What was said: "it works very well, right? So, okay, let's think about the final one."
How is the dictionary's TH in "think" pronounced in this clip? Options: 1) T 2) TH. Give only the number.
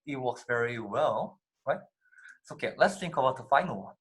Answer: 1